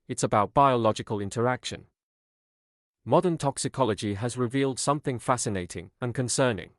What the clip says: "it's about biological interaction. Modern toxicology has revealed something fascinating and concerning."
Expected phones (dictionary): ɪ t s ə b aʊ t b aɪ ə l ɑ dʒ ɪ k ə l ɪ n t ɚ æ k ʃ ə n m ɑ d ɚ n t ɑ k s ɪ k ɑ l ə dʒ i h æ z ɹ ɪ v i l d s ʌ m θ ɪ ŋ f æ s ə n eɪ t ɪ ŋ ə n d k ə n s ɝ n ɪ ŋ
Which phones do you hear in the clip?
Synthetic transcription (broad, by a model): ɪ t s ə b aʊ t b aɪ ə l ɑ dʒ ɪ k ə l ɪ n t ɚ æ k ʃ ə n m ɑ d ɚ n t ɑ k s ɪ k ɑ l ə dʒ i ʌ z ɹ ɪ v i l d s ʌ m θ ɪ ŋ f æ s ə n eɪ t ɪ ŋ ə n k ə n s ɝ n ɪ ŋ